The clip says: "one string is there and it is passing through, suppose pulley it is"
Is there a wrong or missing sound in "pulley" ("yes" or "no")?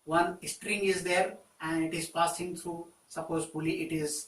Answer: yes